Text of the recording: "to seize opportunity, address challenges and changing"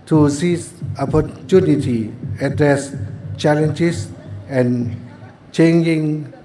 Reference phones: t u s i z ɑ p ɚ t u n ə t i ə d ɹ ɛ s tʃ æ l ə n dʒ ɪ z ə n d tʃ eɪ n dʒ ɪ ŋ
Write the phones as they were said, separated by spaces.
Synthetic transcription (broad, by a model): t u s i ɑ p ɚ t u n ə t i ə d ɹ ɛ s tʃ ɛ l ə n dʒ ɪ s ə n tʃ eɪ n dʒ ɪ ŋ